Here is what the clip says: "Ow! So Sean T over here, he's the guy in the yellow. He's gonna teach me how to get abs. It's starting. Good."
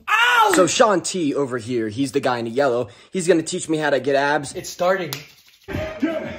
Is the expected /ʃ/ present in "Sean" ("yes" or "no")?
yes